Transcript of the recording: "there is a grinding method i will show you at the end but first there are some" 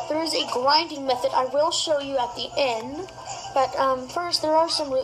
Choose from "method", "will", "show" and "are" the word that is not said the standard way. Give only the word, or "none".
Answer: none